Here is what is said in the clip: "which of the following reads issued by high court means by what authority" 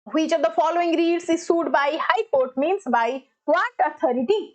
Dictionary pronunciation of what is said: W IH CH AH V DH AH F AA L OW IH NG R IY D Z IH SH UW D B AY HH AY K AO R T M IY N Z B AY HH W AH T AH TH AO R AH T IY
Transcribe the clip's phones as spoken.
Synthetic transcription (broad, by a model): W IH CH AH V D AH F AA L OW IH NG R IY D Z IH S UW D B AY HH AY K AO R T M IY N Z B AY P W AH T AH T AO R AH T IY